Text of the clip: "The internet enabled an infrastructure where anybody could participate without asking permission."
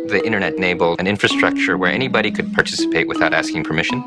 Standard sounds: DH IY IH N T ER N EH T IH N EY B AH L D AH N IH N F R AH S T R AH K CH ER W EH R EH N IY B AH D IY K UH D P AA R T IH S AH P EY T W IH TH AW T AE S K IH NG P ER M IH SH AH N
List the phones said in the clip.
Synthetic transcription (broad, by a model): DH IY IH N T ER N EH T N EY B L AH N IH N F R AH S T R AH K CH ER W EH R EH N IY B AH D IY K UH D P AA R T IH S AH P EY T W IH TH AW T AE S K IH NG P ER M IH SH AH N